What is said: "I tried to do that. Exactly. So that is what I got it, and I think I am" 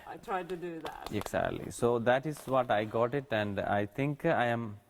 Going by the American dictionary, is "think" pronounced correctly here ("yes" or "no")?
no